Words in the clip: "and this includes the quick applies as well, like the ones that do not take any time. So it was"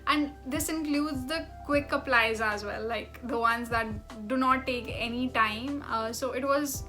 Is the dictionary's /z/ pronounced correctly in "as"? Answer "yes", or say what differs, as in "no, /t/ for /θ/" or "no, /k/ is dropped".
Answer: yes